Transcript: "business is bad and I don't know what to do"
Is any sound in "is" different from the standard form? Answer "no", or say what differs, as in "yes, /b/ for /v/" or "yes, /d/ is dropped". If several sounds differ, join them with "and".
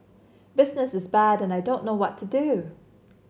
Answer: no